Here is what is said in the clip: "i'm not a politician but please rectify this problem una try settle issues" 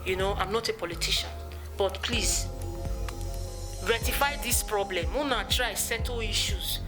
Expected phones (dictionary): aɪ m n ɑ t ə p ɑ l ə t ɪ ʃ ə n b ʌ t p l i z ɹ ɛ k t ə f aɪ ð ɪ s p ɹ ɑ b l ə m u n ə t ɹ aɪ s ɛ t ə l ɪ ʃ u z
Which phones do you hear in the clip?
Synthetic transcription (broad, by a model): aɪ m n ɑ t ə p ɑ l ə t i ʃ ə n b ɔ t p l i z ɹ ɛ t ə f aɪ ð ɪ s p ɹ ɑ b l ə m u n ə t ɹ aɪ s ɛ t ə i ʃ u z